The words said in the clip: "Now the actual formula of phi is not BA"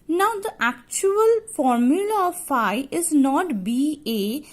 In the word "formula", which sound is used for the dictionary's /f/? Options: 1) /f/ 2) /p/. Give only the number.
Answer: 1